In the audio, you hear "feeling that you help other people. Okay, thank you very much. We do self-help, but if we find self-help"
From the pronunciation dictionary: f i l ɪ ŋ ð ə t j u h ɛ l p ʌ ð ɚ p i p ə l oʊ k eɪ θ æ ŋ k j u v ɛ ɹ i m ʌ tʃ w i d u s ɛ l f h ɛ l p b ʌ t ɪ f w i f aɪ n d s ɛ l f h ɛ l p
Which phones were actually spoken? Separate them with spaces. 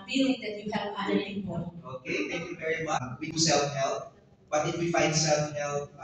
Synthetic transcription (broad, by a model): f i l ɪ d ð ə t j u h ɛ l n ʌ ɚ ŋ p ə oʊ k eɪ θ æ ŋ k j u v ɛ ɹ i m ʌ tʃ w i d u s ɛ l f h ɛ l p b ʌ t ɪ f w i f aɪ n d s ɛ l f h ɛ l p